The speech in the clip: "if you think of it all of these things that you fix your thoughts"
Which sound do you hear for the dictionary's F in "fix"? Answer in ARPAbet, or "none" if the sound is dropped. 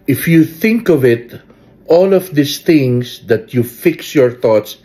F